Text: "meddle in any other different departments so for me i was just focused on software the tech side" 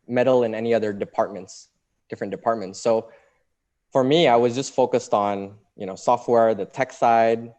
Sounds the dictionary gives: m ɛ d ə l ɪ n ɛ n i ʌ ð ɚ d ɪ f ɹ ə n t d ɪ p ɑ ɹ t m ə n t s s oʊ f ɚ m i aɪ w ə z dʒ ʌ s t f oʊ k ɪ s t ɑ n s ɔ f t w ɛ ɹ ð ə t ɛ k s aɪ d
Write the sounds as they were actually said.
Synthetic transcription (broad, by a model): m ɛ d l ɪ n ɛ n i ʌ ð ɚ d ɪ p ɹ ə n t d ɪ p ɑ ɹ t m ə n t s s oʊ f ɚ m i aɪ w ə z dʒ ʌ s t f oʊ k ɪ s t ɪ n s ɔ f t w ɛ ɹ ð ə t ɛ k s aɪ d